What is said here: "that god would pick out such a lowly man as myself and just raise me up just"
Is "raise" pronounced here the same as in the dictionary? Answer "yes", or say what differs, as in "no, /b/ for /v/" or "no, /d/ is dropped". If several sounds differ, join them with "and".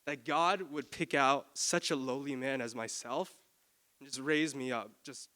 yes